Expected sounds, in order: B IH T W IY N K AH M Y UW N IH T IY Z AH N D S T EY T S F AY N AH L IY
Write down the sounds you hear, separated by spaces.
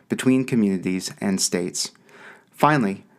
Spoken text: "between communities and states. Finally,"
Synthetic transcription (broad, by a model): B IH T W IY N K AH M Y UW N IH T IY Z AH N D S T EY T S F AY N L IY